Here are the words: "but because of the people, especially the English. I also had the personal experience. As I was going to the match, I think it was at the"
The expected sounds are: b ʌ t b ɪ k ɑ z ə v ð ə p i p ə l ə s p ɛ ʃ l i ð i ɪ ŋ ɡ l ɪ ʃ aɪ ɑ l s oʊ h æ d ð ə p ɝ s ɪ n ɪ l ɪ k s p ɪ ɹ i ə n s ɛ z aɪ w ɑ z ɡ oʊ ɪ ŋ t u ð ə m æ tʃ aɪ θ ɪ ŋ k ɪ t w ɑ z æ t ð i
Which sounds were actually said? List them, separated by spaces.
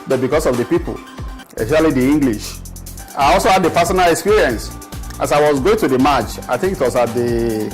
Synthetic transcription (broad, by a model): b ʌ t b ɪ k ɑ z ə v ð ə p i p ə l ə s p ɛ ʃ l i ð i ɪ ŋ ɡ l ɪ ʃ aɪ ɑ l s oʊ h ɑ d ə f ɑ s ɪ n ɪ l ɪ k s p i ɹ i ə n s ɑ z aɪ w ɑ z ɡ oʊ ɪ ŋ t u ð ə m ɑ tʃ aɪ θ ɪ ŋ k ɪ t w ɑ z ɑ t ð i